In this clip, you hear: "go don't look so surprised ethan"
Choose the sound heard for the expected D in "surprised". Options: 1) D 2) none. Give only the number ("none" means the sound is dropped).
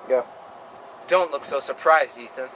1